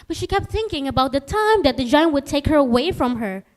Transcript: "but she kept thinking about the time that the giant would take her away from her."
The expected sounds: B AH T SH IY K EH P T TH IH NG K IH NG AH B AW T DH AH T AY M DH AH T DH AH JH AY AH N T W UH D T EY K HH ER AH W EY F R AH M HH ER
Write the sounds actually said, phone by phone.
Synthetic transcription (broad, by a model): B AH T SH IY K EH P T TH IH NG K IH NG AH B AW T DH AH T AY M DH AH T DH AH JH AY AH N T W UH D T EY K HH ER AH W EY F R AH M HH ER